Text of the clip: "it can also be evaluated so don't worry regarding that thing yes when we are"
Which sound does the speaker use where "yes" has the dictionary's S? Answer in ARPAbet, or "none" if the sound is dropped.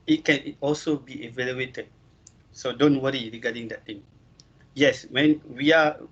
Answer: S